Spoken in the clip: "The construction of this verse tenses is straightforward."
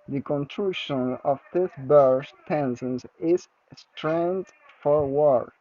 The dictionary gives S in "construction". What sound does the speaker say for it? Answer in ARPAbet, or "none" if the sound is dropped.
none